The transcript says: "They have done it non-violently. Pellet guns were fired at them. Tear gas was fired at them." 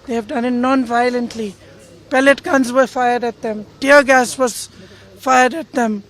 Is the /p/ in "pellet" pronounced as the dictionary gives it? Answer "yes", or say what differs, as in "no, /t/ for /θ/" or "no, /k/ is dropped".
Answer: yes